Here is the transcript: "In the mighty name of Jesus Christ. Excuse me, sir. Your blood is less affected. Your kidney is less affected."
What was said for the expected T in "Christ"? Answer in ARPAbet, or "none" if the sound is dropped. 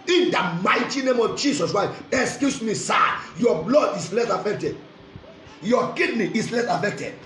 none